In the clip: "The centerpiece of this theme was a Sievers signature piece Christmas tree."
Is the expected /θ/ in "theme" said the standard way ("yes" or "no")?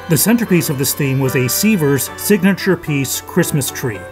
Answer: yes